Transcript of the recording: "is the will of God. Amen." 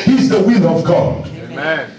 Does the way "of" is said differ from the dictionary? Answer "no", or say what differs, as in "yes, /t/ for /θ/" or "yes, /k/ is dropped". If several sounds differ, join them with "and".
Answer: no